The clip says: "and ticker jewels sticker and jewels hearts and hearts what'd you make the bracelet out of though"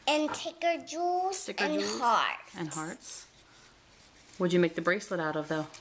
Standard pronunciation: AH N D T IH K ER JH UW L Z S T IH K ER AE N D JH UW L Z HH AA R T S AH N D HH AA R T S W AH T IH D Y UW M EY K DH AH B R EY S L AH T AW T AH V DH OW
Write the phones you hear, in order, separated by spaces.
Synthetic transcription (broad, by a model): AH N T IH K ER JH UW L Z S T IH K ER N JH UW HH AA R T AH N HH AA R T S W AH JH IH M EY K DH AH B R EY S L AH T AW T AH V DH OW